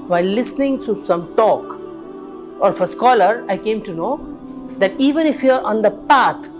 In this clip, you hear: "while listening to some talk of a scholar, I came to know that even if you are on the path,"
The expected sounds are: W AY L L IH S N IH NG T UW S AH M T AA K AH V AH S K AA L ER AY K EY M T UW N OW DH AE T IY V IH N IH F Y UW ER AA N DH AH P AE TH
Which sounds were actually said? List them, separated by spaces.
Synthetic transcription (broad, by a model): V AY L L IH S N IH NG T UW S AH M T AA K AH F AH S K AA L ER AY K EY M T UW N OW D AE T IY V IH N IH F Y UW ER AA N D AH P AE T